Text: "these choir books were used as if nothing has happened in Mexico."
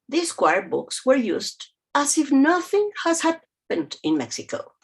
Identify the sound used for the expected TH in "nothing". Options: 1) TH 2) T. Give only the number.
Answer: 1